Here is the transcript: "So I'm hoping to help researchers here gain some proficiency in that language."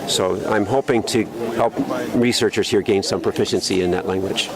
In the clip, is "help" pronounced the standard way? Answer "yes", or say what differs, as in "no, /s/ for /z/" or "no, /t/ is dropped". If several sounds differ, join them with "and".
yes